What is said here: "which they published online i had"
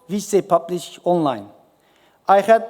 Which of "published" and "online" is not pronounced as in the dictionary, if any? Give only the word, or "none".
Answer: published